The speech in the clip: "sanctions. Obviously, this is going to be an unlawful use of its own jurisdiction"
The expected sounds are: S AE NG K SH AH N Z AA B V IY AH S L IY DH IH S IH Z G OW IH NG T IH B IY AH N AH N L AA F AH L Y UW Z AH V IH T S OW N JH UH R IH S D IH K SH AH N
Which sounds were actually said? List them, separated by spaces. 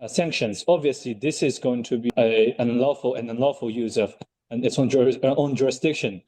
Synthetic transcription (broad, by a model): S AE NG K SH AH N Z AA B V IY AH S L IY DH IH S IH Z G OW IH NG T IH B IY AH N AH N L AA F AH L Y UW Z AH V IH T S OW N JH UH R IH S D IH K SH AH N